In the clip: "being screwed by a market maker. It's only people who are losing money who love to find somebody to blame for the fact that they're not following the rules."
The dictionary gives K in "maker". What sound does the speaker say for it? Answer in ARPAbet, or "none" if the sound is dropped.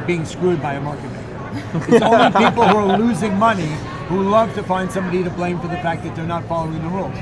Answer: none